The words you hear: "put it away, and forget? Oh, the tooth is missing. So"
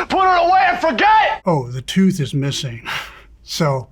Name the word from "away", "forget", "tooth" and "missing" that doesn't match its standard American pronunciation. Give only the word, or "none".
none